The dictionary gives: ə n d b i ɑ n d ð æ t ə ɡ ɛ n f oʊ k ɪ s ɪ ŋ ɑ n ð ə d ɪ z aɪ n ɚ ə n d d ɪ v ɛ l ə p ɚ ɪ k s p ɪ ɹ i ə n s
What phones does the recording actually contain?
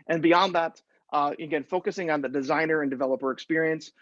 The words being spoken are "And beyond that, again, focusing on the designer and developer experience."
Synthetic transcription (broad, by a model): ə n b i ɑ n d ð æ t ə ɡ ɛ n f oʊ k ɪ s ɪ ŋ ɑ n ð ə d ɪ z aɪ n ɚ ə n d d ɪ v ɛ l ə p ɚ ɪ k s p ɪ ɹ i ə n s